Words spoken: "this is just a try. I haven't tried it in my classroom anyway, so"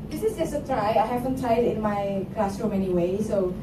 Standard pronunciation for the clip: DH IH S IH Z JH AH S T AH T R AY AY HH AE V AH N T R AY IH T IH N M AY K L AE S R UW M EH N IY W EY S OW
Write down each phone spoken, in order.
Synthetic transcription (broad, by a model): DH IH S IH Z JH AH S AH T R AY AY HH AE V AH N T AY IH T IH N M AY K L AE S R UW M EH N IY W EY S OW